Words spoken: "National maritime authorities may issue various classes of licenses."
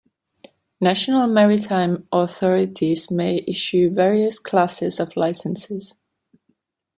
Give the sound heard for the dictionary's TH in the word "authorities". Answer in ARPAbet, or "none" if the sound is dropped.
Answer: TH